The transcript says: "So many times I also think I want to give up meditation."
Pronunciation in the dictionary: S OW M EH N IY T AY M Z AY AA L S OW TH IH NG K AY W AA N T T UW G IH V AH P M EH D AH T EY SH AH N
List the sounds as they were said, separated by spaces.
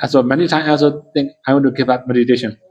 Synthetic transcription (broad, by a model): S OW M EH N IY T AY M AY AA L S OW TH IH NG K AY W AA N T T UW G IH V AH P M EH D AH T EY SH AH N